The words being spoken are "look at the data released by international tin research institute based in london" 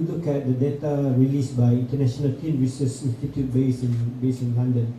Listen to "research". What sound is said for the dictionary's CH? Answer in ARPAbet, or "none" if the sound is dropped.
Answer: S